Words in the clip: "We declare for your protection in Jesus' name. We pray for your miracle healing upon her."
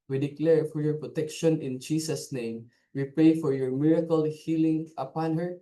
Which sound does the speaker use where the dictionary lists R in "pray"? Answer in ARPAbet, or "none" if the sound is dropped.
none